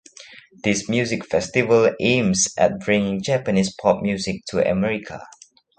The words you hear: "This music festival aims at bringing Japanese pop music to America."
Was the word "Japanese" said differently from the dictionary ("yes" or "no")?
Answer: yes